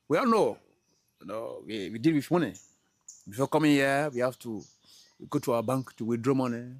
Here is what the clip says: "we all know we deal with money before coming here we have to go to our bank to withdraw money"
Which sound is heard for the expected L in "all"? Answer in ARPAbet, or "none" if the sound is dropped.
N